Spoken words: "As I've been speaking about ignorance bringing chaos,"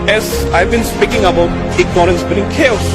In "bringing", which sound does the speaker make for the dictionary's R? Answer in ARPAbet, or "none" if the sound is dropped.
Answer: none